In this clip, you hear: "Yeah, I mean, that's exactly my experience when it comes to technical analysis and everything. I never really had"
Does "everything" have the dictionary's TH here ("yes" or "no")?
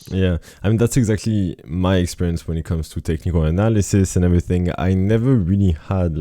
yes